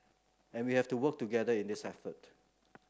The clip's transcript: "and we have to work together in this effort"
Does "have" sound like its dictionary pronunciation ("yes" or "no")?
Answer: no